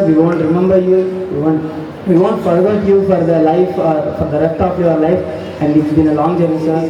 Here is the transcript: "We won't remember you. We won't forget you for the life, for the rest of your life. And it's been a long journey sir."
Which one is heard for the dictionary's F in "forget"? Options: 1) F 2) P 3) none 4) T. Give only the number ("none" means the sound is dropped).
2